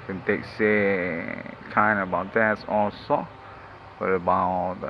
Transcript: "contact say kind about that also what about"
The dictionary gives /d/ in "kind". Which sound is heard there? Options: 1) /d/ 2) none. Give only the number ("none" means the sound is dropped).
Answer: 2